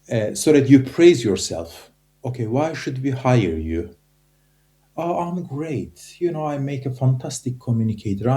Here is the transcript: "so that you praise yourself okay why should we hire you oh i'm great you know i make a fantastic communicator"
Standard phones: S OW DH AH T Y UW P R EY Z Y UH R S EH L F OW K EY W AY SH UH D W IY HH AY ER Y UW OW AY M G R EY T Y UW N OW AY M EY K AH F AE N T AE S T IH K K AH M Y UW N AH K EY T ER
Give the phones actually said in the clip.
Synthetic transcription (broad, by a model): S OW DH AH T Y UW P R EY Z Y UH R S EH L F OW K EY W AY SH UH D W IY HH AY ER Y UW OW AY M G R EY T Y UW N OW AY M EY K AH F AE N T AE S T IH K K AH M Y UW N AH K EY T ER